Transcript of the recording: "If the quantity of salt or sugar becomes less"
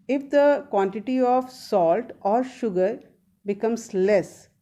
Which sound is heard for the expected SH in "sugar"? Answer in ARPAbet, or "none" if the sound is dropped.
SH